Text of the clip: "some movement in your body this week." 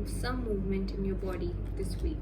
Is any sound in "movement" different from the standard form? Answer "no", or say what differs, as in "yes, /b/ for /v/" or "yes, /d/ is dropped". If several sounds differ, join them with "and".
no